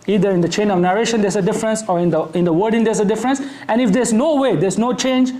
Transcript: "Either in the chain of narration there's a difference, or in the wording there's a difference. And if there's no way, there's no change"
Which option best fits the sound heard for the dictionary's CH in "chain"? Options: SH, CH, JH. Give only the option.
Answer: CH